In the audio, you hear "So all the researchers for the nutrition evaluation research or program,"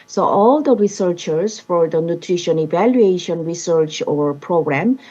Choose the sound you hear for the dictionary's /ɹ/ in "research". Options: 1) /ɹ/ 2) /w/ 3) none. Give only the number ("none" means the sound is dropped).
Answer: 1